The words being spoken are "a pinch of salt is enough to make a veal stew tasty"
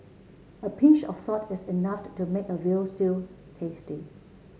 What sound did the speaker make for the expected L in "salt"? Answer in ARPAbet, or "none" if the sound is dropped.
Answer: none